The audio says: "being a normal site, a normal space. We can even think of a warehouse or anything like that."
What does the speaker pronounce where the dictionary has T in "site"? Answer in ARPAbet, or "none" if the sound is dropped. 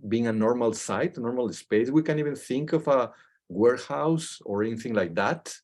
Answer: T